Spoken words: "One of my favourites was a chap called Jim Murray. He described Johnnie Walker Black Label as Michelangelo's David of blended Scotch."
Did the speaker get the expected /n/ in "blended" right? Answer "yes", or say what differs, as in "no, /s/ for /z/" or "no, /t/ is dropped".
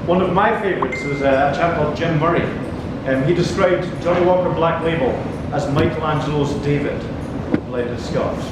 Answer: no, /n/ is dropped